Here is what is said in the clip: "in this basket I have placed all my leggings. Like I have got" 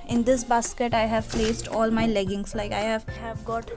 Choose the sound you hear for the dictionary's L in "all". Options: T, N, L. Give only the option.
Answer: L